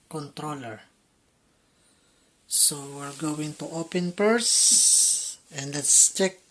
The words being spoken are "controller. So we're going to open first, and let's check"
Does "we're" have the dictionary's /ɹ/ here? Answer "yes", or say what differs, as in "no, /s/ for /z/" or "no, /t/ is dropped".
yes